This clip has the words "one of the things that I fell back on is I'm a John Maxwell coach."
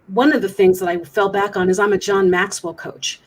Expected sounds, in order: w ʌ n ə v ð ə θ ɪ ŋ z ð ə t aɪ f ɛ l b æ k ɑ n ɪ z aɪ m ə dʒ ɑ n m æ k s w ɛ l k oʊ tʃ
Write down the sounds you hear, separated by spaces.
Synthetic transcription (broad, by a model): w ʌ n ə v ð ə θ ɪ ŋ z ð ə t aɪ f ɛ l b æ k n ɪ z aɪ m ə dʒ ɑ n m æ k s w l k oʊ tʃ